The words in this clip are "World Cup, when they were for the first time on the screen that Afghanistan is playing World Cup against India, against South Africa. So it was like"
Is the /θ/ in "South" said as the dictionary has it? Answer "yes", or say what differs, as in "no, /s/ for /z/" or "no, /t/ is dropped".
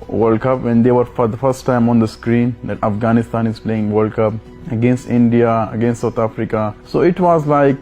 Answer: no, /t/ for /θ/